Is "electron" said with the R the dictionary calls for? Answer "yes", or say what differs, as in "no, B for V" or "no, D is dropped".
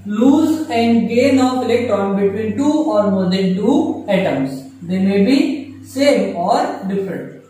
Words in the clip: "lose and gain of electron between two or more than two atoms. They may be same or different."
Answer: no, R is dropped